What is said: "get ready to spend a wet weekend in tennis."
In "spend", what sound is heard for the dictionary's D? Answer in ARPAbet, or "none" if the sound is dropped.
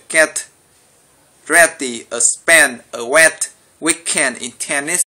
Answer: none